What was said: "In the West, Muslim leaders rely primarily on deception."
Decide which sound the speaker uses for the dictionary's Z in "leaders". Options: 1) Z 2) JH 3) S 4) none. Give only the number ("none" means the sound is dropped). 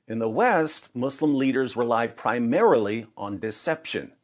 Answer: 1